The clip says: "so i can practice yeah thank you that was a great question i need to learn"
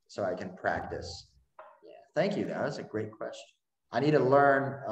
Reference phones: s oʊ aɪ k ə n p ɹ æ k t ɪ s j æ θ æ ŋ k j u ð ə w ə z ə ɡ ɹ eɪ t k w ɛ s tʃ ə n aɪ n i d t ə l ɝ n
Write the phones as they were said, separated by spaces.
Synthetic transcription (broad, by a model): s oʊ aɪ k ə n p ɹ æ k t ɪ s j æ θ æ ŋ k j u ð ə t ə s ə ɡ ɹ eɪ t k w ɛ s tʃ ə n aɪ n i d t ə l ɝ n